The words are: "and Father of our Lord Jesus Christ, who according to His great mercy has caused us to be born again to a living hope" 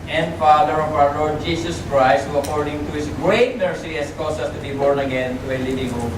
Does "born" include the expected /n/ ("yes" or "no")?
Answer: yes